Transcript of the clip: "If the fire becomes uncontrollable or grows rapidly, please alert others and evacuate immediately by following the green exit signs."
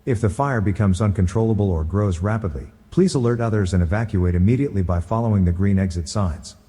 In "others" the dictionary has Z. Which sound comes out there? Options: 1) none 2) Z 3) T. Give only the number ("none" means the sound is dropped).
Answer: 2